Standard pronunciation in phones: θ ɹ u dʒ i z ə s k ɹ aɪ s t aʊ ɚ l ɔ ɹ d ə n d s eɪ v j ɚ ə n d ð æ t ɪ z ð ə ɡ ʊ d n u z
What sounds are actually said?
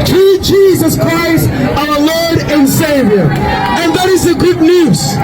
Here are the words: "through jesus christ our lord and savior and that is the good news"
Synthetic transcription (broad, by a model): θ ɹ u dʒ i z ə s k ɹ aɪ s t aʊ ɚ l ɔ ɹ d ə n s eɪ v j ɚ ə n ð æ t ɪ z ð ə ɡ ʊ d n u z